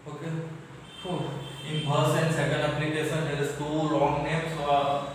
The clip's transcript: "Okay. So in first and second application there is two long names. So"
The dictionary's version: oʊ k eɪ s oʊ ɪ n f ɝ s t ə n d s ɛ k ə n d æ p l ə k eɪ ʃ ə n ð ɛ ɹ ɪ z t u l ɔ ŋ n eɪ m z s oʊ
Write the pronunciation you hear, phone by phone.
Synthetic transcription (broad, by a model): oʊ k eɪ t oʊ ɪ n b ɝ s ə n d s ɛ k ə n d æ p l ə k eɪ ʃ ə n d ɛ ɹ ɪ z t u l ɔ ŋ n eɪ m s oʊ